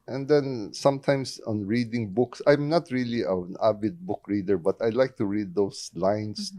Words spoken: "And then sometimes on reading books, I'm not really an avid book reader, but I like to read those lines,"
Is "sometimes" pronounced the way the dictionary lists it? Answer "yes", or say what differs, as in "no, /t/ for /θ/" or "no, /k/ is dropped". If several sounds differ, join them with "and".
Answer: no, /s/ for /z/